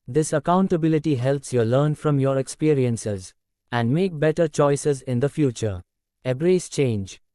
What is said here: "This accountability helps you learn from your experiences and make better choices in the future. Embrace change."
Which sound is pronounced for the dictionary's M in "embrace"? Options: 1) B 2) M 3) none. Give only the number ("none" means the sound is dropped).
3